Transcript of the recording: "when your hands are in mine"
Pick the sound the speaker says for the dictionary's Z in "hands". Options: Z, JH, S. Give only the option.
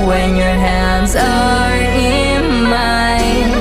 Z